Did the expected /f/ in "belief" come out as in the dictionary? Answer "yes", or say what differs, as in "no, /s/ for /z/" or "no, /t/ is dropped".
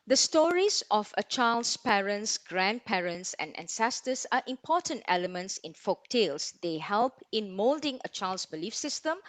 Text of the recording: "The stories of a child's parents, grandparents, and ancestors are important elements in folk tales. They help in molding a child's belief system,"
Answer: yes